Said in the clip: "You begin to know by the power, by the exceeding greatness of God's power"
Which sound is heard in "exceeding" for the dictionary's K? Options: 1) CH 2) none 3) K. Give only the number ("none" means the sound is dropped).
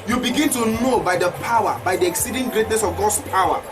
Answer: 3